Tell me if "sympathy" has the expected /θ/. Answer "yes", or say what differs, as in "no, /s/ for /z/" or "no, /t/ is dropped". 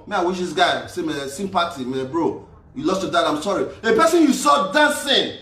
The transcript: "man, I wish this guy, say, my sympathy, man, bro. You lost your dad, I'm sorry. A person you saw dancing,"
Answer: no, /t/ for /θ/